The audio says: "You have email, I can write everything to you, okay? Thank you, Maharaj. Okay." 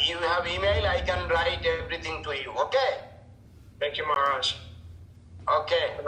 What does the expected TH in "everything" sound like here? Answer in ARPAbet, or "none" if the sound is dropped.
T